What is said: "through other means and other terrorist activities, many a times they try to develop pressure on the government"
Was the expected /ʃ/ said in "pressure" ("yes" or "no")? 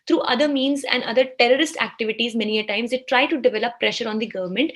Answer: yes